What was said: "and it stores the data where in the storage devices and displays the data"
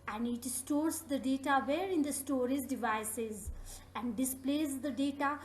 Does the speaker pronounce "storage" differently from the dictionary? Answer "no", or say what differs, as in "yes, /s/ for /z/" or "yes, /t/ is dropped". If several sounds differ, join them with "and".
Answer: yes, /z/ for /dʒ/